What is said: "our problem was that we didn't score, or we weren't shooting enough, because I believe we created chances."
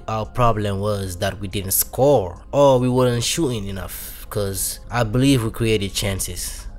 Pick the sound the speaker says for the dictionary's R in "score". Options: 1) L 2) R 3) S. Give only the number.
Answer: 2